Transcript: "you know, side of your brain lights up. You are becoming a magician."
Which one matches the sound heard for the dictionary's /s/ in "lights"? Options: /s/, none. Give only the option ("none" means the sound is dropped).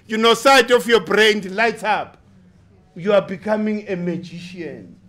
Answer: none